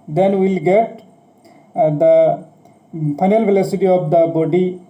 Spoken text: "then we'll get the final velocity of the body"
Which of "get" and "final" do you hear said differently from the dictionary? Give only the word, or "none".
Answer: final